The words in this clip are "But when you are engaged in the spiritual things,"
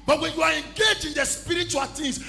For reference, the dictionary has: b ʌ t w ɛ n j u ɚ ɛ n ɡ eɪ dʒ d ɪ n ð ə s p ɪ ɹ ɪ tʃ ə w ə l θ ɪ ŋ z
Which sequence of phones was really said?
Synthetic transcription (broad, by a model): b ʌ t w ɛ n j u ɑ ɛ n ɡ eɪ dʒ ɪ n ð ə s p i ɹ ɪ tʃ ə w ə l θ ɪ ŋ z